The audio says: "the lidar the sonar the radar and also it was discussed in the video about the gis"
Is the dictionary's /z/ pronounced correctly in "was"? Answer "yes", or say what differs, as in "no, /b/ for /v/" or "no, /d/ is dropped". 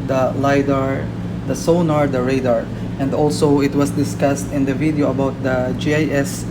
no, /s/ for /z/